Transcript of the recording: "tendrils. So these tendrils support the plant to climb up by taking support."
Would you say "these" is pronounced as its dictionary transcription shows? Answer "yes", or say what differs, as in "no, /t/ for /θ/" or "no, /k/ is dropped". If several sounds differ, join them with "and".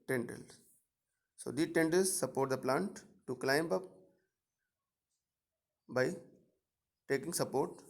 no, /z/ is dropped